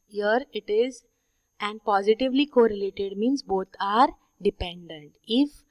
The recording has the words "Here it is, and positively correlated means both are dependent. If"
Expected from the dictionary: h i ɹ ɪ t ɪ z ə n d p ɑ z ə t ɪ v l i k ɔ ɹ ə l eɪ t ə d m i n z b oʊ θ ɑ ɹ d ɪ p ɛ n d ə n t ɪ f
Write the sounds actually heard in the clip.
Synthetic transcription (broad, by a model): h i ɹ ɪ t ɪ z ə n d p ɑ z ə t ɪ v l i k ɔ ɹ ə l eɪ t ə d m i n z b oʊ t ɑ ɹ d ɪ p ɛ n d ə n t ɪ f